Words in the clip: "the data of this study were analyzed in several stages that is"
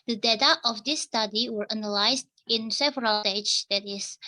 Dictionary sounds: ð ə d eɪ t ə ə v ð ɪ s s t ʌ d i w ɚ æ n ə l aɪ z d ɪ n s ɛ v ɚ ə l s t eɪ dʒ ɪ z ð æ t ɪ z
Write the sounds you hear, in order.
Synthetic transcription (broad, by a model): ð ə d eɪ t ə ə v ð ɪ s s t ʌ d i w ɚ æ n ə l aɪ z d ɪ n s ɛ v ɚ ə l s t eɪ ɪ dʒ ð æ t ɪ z